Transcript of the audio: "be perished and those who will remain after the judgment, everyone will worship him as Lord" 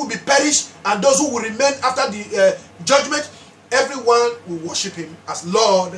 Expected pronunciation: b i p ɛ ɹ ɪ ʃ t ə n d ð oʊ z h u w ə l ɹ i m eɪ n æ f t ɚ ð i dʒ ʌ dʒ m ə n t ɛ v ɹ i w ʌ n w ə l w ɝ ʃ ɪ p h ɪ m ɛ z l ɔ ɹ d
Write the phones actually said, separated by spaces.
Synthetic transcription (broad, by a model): b i p ɛ ɹ ɪ ʃ t ə n d oʊ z h u w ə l ɹ i m eɪ n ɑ f t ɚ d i dʒ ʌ dʒ m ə n t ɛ v ɹ i w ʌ n w ə l w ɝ ʃ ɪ p h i m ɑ s l ɔ d